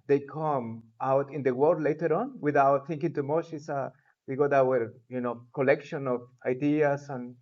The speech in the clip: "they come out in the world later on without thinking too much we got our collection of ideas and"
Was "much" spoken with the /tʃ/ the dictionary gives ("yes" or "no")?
no